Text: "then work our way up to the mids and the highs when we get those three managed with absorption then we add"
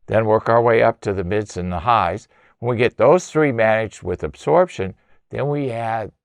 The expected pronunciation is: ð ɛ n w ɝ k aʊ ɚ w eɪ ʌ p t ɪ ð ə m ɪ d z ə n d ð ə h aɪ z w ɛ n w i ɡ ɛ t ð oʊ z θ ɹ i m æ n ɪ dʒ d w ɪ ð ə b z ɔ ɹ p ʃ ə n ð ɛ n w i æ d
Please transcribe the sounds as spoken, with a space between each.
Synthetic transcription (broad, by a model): ð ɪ n w ɝ k aʊ ɚ w eɪ ʌ p t ɪ ð ə m ɪ d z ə n ð ə h aɪ z w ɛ n w i ɡ ɛ t ð oʊ z θ ɹ i m æ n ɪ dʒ d w ɪ ð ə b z ɔ ɹ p ʃ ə n ð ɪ n w i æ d